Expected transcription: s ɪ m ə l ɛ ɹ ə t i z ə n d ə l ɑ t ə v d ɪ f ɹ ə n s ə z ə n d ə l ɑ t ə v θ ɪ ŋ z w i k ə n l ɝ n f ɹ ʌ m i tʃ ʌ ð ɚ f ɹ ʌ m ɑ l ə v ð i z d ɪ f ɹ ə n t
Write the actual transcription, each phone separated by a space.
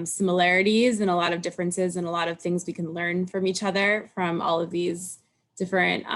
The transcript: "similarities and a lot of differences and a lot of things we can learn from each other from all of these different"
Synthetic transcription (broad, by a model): s ɪ m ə l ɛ ɹ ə t i z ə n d ə l ɑ t ə v d ɪ f ɹ ə n s ə z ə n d ə l ɑ t ə v θ ɪ ŋ z w i k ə n l ɝ n f ɹ ʌ m i tʃ ʌ ð ɚ f ɹ ʌ m ɑ l ə v ð i z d ɪ f ɹ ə n t